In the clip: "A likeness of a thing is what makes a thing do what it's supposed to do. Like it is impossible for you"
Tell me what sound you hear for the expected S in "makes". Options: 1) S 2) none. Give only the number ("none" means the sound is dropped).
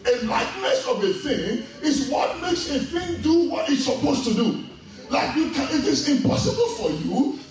1